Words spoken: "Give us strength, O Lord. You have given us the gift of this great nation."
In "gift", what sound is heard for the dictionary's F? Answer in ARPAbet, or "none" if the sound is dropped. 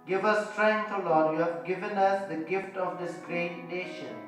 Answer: F